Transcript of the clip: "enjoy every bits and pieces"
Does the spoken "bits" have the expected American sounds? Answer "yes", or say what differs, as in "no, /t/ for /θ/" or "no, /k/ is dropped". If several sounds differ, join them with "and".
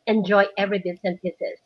no, /s/ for /t/